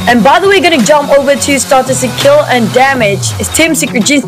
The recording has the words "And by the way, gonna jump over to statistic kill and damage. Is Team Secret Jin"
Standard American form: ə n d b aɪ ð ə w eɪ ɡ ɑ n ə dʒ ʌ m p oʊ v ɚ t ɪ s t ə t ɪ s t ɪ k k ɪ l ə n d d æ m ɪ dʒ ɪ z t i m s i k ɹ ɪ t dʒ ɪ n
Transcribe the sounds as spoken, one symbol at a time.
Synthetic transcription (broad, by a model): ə n b aɪ ð ə w eɪ ɡ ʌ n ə dʒ ʌ m p oʊ v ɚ t ɪ s t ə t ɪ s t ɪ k k ɪ l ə n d d æ m ɪ dʒ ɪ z t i m s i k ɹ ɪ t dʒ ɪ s